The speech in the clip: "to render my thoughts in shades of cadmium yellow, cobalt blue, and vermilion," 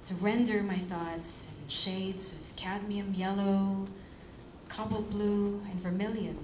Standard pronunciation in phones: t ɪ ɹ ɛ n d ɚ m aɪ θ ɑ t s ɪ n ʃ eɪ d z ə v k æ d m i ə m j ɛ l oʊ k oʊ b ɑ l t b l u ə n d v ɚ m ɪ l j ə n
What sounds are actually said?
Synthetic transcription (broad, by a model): t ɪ ɹ ɛ n d ɚ m aɪ θ ɑ t s ɪ n ʃ eɪ d z ə v k æ d m i ə m j ɛ l oʊ k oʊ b l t b l u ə n v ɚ m ɪ l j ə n